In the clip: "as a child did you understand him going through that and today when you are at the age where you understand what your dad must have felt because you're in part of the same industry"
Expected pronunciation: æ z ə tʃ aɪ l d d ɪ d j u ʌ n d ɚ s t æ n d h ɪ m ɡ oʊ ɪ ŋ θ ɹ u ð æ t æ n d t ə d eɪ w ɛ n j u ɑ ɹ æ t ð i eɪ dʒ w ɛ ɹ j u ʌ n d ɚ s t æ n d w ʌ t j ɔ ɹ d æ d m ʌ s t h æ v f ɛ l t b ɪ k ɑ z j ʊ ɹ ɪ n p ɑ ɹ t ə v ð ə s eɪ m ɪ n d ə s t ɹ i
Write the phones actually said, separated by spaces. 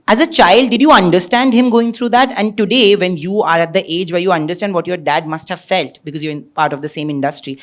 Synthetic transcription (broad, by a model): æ z ə tʃ aɪ l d d ɪ d j u ʌ n d ɚ s t æ n d h ɪ m ɡ oʊ ɪ ŋ t ɹ u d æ t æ n d t ə d eɪ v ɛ n j u ɑ ɹ æ t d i eɪ dʒ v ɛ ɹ j u ʌ n d ɚ s t æ n d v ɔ t j ɔ ɹ d æ d m ʌ s t h æ v f ɛ l t b ɪ k ɑ z j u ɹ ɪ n p ɑ ɹ t ə v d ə s eɪ m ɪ n d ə s t ɹ i